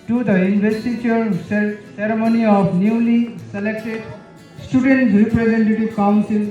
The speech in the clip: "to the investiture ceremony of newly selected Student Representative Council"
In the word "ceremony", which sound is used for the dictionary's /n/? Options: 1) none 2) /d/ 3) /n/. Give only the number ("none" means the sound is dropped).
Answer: 3